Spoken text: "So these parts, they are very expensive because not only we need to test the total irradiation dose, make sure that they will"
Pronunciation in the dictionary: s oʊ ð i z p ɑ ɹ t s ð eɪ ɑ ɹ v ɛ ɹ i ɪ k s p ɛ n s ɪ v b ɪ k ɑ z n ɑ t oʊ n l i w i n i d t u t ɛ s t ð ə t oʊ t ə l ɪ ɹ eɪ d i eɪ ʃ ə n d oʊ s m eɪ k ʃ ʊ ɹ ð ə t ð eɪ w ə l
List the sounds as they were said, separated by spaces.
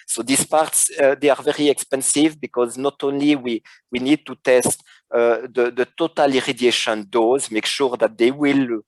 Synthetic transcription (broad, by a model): s oʊ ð i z p ɑ ɹ t s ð eɪ ɑ ɹ v ɛ ɹ i ɪ k s p ɛ n s ɪ v b ɪ k ɑ z n ɑ t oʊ n l i w i n i d t u t ɛ s t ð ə t oʊ t ə l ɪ ɹ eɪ d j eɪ ʃ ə n d oʊ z m eɪ k ʃ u ɹ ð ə t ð eɪ w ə l